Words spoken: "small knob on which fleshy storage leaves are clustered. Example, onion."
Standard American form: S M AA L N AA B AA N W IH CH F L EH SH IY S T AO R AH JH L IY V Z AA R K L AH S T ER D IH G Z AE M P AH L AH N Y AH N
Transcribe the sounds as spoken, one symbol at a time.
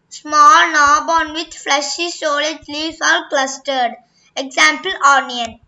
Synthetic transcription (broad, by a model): S M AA L N AA B AA N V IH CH F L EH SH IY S AO L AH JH L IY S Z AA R K L AH S T ER D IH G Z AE M P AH L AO N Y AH N